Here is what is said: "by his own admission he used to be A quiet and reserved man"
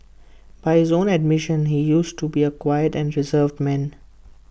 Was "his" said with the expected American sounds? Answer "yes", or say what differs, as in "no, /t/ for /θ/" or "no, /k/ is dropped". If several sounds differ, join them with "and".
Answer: yes